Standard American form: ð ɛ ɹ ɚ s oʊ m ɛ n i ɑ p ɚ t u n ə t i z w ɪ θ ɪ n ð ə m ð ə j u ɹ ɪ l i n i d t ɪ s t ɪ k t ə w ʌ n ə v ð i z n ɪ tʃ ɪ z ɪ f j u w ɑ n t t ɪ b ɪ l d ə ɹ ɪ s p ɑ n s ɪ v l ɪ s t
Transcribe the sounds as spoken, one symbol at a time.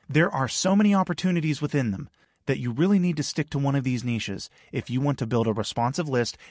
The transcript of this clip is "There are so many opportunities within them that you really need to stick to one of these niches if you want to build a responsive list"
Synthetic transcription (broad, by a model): ð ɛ ɹ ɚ s oʊ m ɛ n i ɑ p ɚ t u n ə t i z w ɪ θ ɪ n ð ə m ð ə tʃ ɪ ɹ ɪ l i n i d t ɪ s t ɪ k t ə w ʌ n ə v ð i z n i ʃ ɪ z ɪ f j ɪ w ɑ n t t ɪ b ɪ l d ə ɹ ɪ s p ɑ n s ɪ v l ɪ s t